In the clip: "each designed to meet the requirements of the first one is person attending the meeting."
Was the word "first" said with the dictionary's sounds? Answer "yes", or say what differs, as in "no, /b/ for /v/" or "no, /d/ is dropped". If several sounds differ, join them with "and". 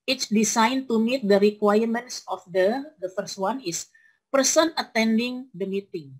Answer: yes